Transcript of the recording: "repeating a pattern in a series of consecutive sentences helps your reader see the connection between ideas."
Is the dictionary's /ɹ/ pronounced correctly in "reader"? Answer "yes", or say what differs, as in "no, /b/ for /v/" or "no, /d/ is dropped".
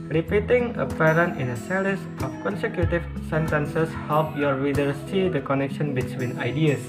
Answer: no, /w/ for /ɹ/